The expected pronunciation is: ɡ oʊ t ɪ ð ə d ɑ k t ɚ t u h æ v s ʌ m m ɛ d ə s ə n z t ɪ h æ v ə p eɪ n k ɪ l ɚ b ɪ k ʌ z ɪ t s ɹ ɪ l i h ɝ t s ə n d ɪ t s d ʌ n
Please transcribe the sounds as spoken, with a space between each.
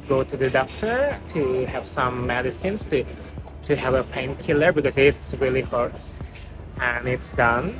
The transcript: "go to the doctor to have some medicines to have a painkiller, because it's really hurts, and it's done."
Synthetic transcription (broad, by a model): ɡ oʊ t ɪ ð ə d ɑ k t ɚ t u h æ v s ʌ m m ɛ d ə s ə n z t ɪ h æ v ə p eɪ n k ɪ l ɚ b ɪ k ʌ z ɪ t s ɹ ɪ l i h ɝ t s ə n ɪ t s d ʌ n